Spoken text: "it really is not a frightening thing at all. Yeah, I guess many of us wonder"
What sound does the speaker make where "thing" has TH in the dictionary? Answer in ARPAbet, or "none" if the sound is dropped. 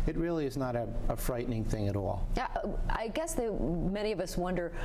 TH